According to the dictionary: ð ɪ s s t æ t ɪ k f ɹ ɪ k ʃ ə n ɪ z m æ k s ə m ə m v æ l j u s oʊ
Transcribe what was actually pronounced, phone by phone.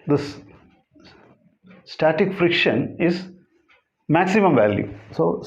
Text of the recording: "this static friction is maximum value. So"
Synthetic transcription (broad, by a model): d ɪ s s t æ t ɪ k f ɹ ɪ k ʃ ə n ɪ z m æ k s ə m ə m v æ l j u s oʊ